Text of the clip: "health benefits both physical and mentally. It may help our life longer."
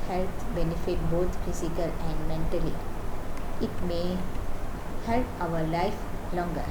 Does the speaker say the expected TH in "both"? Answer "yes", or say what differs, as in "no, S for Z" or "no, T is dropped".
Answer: no, T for TH